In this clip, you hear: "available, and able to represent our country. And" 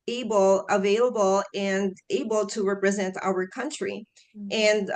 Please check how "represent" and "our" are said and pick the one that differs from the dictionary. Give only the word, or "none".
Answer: none